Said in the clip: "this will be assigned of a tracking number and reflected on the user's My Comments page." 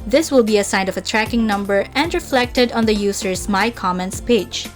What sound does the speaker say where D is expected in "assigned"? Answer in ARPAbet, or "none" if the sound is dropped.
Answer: none